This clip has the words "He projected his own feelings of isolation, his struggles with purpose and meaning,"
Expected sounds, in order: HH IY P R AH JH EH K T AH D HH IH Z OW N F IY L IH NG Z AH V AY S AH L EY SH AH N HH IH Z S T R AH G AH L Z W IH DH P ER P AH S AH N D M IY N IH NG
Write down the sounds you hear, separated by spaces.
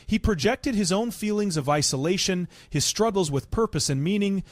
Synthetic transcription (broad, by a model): HH IY P R AH JH EH K T AH D IH Z OW N F IY L IH NG Z AH V AY S AH L EY SH AH N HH IH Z S T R AH G L Z W IH DH P ER P AH S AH N M IY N IH NG